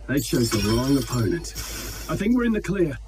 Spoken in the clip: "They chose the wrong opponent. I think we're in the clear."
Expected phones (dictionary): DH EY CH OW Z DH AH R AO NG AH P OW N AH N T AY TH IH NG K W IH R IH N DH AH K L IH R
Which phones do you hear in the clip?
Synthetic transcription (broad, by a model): DH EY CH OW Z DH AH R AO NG AH P OW N AH N T AY TH IH NG K W IH R IH N DH AH K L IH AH